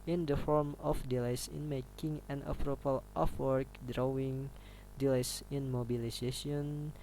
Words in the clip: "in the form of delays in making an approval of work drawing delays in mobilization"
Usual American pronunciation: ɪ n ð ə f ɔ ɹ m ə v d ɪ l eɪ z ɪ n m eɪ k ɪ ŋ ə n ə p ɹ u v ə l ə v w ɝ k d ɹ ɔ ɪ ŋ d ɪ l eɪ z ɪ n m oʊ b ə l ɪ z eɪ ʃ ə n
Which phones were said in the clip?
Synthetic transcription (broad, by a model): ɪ n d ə f ɔ ɹ m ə f d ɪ l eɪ s ɪ n m eɪ k ɪ ŋ ə n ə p ɹ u p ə l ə f w ɝ k d ɹ ɔ ɪ ŋ d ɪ l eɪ s ɪ n m oʊ b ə l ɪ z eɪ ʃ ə n